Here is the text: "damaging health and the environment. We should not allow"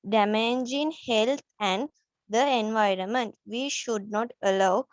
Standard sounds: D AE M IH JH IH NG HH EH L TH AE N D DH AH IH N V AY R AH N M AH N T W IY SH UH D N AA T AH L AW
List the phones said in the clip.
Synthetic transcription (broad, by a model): D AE M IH JH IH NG HH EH L T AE N D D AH IH N V AY R AH N M AH N T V IY SH UH D N AA T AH L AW